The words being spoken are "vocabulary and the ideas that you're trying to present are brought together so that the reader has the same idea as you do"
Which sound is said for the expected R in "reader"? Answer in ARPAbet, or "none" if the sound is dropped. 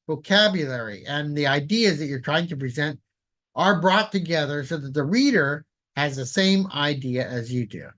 R